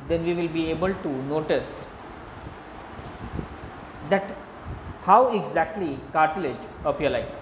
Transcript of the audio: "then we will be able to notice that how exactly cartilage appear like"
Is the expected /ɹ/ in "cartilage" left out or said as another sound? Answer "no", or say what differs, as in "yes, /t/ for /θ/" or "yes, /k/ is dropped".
no